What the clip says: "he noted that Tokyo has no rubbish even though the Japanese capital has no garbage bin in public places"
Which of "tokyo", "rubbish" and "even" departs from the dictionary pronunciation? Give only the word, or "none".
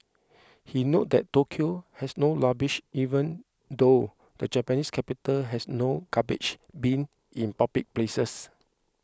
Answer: rubbish